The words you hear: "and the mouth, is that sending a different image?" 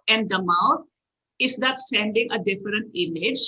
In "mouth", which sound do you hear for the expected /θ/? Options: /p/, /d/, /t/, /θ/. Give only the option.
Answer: /t/